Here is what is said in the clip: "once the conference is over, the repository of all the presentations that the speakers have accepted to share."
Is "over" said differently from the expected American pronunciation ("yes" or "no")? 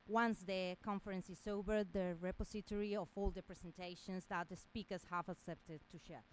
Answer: yes